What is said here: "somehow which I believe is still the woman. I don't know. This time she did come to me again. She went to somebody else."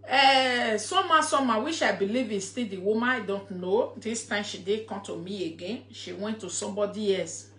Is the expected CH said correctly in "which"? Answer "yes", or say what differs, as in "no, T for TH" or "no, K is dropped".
no, SH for CH